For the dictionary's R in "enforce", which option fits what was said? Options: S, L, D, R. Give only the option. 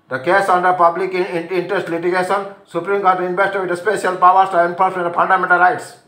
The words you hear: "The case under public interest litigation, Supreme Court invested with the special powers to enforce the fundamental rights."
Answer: L